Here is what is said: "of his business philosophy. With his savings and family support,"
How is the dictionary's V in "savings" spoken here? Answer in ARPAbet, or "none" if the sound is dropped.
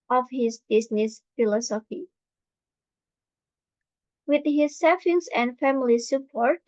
F